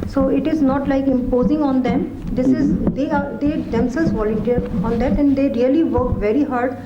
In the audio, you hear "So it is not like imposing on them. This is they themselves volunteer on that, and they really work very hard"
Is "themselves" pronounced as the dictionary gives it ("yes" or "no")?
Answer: no